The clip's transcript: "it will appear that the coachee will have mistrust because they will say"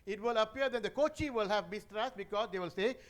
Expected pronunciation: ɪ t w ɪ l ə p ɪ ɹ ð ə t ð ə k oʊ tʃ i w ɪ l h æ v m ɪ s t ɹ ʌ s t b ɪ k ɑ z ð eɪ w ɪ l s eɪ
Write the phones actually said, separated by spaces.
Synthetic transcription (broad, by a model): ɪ t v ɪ l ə p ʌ ɹ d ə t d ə k oʊ tʃ i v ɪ l h æ v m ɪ s t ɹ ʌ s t b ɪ k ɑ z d eɪ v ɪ l s eɪ